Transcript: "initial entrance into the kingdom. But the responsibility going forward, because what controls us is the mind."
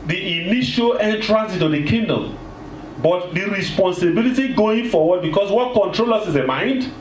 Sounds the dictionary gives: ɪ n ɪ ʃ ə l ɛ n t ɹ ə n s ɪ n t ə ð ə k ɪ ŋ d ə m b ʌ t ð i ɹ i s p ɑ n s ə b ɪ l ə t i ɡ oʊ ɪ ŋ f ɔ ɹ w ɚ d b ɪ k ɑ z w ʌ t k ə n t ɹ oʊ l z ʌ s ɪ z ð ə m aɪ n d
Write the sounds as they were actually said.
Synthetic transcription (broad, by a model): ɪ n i ʃ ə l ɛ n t ɹ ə n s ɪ t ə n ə k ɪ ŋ d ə m b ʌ t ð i ɹ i s p ɑ n s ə b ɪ l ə t i ɡ oʊ ɪ ŋ f ɔ w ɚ d b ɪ k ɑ s w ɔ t k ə n t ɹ oʊ l ʌ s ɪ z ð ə m aɪ n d